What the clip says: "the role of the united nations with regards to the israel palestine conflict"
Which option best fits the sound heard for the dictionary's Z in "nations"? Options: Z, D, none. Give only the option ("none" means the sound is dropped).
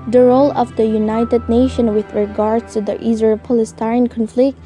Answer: none